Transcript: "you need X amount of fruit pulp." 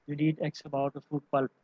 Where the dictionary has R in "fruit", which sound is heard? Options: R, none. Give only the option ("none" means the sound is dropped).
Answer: none